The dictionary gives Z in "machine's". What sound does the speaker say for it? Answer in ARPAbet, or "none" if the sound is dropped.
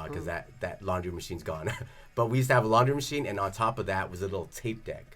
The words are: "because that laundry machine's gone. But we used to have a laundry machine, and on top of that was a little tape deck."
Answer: Z